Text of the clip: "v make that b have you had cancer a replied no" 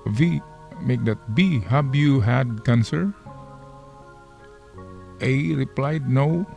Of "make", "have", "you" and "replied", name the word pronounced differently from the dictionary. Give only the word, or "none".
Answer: have